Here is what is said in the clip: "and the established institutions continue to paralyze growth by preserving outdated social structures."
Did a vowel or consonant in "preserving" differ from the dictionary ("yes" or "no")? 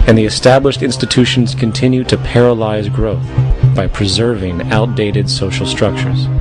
no